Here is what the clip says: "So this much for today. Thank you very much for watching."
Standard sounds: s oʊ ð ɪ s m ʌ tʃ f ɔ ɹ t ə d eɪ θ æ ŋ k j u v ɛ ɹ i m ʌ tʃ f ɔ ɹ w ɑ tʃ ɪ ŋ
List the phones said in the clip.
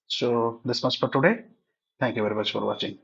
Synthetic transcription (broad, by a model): s oʊ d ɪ s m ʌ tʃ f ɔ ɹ t ə d eɪ t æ ŋ k j u v ɛ ɹ i m ʌ tʃ f ɔ ɹ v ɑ tʃ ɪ ŋ